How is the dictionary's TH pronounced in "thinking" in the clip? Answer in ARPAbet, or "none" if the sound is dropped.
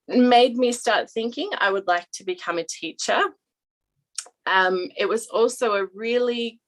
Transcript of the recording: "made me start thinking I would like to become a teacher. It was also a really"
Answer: TH